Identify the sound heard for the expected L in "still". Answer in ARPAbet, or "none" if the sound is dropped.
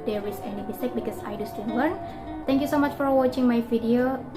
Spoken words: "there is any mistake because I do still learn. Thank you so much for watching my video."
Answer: N